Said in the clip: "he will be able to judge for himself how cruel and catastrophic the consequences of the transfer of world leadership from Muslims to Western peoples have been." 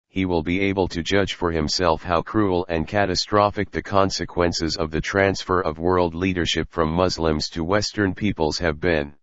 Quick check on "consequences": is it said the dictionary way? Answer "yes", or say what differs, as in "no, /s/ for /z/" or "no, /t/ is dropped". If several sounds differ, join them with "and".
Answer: yes